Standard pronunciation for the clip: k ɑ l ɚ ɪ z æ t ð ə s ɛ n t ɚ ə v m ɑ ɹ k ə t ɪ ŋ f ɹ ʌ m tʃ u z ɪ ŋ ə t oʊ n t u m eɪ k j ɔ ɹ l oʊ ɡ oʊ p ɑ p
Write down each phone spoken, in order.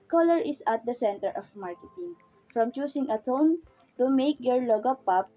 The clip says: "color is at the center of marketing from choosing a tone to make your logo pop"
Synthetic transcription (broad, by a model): k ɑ l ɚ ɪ s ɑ t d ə s ɛ n t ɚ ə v m ɑ ɹ k ə t ɪ ŋ f ɹ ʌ m tʃ u s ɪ ŋ ə t oʊ n t u m eɪ k j ɔ ɹ l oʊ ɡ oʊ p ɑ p